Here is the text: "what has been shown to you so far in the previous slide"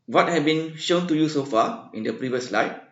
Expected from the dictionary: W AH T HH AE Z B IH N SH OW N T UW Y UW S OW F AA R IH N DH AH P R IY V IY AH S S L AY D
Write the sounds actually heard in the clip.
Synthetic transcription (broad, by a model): W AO T HH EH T B IH N SH OW N T UW Y UW S OW F AA IH N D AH P R IY V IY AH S S L AY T